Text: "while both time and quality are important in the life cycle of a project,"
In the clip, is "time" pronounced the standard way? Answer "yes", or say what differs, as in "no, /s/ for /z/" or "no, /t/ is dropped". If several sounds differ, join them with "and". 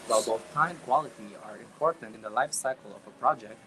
no, /m/ is dropped